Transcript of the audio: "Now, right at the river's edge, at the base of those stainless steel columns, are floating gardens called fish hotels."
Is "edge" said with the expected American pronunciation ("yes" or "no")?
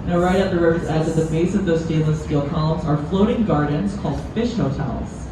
no